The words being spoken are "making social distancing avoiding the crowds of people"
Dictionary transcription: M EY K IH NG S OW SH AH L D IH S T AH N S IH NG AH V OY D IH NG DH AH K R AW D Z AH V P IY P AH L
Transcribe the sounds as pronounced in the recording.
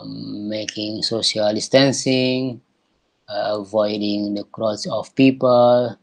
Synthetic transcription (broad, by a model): M EY K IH NG S OW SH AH L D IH S T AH N S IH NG AH V OY D IH NG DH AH K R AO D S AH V P IY P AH L